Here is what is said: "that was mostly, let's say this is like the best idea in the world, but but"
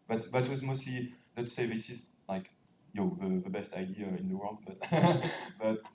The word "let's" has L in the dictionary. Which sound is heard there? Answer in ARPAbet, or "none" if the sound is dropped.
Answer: N